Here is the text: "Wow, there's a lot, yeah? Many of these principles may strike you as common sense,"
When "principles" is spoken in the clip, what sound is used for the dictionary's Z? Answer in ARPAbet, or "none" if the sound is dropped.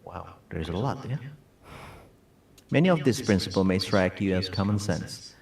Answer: none